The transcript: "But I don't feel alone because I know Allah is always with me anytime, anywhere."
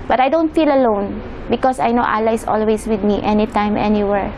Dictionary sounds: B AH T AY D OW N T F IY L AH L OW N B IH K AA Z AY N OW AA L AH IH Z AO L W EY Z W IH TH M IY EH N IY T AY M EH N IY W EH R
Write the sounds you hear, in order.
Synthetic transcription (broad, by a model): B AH T AY D OW N T F IY L AH L OW N B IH K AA S AY N OW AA L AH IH S AO L W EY S W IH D M IY EH N IY T AY M EH N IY W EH R